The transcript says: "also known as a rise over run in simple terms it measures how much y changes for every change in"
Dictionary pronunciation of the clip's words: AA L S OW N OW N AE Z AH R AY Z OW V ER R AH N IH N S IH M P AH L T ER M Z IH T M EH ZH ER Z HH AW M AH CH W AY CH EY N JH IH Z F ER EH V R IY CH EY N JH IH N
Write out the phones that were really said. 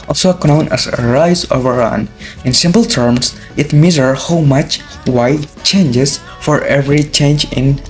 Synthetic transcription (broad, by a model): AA L S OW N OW N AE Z AH R AY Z OW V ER R AH N IH N S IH M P L T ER M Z IH T M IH Z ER HH AW M AH CH W AY CH EY N JH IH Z F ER EH V R IY CH EY N JH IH N